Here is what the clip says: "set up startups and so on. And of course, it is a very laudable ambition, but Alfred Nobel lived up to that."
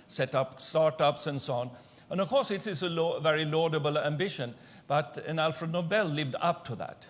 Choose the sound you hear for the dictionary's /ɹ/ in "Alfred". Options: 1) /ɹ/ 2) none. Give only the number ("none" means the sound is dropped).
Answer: 1